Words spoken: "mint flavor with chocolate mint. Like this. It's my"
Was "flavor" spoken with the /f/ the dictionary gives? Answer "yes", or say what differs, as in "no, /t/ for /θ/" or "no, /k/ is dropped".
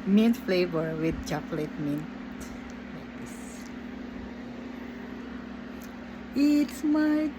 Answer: yes